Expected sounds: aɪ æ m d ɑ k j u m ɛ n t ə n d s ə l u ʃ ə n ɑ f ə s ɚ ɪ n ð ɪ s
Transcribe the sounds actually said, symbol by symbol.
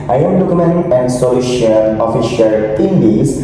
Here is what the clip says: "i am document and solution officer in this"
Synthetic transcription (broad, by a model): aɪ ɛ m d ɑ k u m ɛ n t ə n d s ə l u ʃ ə l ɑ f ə ʃ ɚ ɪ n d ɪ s